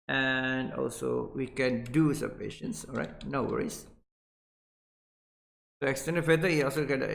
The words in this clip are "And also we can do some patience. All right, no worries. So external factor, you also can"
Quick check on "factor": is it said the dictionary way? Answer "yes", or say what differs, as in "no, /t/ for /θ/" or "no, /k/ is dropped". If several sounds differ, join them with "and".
no, /k/ is dropped